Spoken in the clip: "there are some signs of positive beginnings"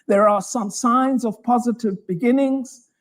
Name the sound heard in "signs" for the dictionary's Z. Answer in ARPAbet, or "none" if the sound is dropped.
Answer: Z